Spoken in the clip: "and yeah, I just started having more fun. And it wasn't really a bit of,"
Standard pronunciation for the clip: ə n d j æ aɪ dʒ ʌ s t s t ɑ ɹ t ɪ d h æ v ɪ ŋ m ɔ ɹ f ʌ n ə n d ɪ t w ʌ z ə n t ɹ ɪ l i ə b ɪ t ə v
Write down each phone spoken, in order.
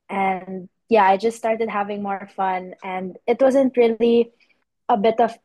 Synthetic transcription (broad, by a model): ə n d j æ aɪ dʒ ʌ s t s t ɑ ɹ t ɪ d h æ v ɪ ŋ m ɔ ɹ f ʌ n ə n d ɪ t w ʌ z ə n t ɹ ɪ l i ə b ɪ t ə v